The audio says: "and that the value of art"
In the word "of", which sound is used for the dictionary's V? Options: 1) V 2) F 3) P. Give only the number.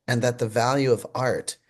1